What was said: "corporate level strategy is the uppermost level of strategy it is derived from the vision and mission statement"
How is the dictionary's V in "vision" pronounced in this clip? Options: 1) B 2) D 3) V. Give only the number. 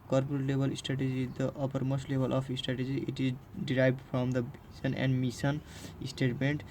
1